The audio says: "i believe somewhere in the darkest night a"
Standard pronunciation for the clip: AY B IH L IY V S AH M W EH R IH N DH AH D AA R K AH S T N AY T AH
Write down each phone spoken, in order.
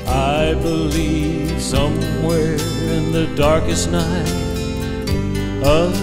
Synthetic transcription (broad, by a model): AY B IH L IY V S AH M W EH R IH N DH AH D AA R K AH S T N AY T AH